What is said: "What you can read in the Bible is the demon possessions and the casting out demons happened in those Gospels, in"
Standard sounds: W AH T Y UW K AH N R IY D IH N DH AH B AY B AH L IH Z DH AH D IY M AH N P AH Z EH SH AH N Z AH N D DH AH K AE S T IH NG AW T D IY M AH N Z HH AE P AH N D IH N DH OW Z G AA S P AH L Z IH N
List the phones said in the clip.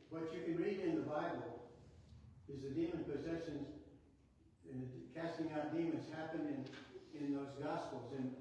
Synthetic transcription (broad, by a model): W AH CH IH K AH N R IY D IH N DH AH B AY B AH L IH Z DH AH D IY M AH N P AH Z EH SH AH N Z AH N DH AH K AE S T IH NG AW T D IY M AH N Z HH AE P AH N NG IH N DH OW Z G AA S P L Z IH N